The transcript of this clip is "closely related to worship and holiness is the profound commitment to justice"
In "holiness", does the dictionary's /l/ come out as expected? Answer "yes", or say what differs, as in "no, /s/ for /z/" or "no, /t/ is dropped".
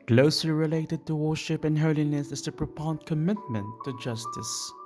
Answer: yes